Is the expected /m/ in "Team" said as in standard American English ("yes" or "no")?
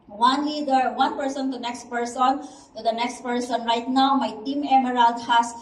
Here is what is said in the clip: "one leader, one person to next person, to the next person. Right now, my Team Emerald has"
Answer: yes